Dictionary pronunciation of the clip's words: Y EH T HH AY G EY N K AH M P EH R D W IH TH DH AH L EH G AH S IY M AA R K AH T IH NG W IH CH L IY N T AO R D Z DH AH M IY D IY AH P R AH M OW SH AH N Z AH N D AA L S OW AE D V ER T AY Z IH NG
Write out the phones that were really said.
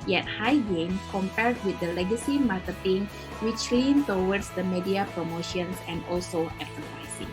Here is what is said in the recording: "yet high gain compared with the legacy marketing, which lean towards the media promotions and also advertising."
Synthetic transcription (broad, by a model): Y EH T HH AY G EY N K AH M P EH R D W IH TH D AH L EH G AH S IY M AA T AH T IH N W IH CH L IY N T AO W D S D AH M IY D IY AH P R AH M OW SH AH N S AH N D AA L S OW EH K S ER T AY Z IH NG